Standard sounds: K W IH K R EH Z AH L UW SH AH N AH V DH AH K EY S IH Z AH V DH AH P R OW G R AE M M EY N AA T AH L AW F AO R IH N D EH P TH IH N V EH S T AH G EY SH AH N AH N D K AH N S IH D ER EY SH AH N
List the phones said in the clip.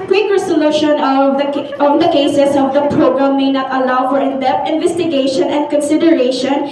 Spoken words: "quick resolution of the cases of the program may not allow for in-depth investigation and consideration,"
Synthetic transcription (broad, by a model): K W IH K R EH S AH L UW SH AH N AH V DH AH K EY S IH S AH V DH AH P R OW G R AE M M EY N AA T AH L AW F AO R IH N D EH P IH N V EH S T AH G EY SH AH N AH N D K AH N S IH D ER EY SH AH N